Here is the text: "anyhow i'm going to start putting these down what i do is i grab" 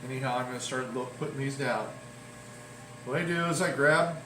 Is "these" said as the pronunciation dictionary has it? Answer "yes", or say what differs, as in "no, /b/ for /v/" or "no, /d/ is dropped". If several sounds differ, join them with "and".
yes